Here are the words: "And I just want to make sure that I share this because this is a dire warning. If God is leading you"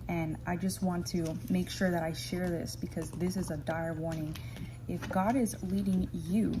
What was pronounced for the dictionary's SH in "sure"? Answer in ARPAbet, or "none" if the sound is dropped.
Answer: SH